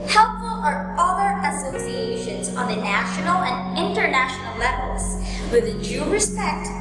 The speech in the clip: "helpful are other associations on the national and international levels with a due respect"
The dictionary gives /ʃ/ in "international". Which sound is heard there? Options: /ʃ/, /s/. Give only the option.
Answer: /ʃ/